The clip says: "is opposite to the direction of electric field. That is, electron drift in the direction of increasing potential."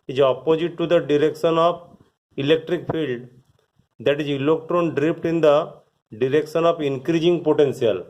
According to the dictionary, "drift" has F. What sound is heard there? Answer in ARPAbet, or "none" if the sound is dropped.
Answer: P